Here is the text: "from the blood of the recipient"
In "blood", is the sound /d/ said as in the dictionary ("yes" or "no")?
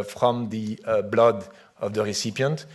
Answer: yes